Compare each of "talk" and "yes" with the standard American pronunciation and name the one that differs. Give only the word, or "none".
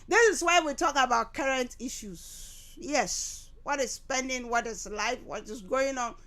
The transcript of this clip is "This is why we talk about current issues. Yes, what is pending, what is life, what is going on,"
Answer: none